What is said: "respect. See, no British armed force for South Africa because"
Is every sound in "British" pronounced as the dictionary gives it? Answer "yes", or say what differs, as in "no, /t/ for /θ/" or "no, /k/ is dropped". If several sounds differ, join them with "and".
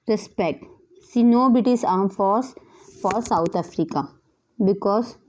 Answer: no, /ɹ/ is dropped and /s/ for /ʃ/